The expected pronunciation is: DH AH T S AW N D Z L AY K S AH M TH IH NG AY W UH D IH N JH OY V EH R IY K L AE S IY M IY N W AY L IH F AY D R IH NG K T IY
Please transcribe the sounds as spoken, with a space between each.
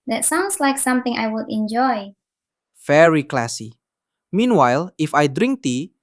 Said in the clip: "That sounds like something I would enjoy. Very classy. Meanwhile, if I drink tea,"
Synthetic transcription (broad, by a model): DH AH T S AW N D S L AY K S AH M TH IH NG AY W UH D IH N JH OY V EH R IY K L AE S IY M IY N W AY L IH F AY D R IH NG K T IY